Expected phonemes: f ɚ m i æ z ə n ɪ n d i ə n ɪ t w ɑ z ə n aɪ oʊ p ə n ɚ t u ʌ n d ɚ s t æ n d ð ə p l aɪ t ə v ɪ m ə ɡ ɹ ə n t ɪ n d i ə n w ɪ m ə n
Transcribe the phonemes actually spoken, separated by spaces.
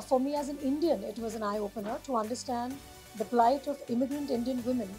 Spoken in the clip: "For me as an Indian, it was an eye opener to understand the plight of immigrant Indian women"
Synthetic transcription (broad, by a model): f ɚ m i æ z ə n ɪ n d i ə n ɪ t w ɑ z ə n aɪ oʊ p ə n ɚ t u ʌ n d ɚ s t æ n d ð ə p l aɪ t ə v ɪ m ə ɡ ɹ ə n t ɪ n d i ə n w ɪ m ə n